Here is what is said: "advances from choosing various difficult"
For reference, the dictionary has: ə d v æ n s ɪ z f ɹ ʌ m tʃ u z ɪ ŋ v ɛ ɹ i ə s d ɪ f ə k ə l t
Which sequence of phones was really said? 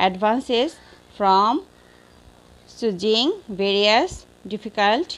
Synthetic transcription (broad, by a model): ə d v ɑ n s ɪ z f ɹ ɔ m s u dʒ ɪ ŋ v ɛ ɹ i ə s d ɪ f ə k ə l t